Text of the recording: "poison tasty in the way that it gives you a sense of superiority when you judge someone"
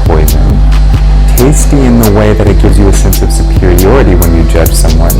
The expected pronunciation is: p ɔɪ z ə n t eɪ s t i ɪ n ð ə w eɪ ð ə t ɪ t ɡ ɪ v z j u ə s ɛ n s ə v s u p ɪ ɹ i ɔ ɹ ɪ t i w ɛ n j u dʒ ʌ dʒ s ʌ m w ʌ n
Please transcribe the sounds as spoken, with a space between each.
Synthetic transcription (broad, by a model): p ɔɪ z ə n t eɪ s t i ɪ n ð ə w eɪ ð ə t ɪ t ɡ ɪ v z j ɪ ə s ɛ n s ə v s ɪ p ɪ ɹ i ɔ ɹ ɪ t i w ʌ n j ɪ dʒ ʌ dʒ s ʌ m w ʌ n